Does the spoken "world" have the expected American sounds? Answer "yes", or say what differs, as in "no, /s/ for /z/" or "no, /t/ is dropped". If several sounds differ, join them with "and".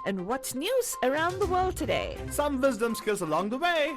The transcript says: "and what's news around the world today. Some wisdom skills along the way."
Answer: yes